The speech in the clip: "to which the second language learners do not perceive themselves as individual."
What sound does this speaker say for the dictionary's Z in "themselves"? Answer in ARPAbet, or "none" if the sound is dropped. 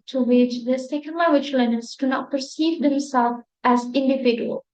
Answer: none